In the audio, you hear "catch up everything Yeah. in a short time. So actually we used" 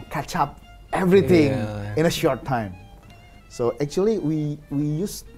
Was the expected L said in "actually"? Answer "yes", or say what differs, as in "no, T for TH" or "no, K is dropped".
no, W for L